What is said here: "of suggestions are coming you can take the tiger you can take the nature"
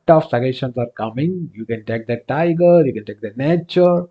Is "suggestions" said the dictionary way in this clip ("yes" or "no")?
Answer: no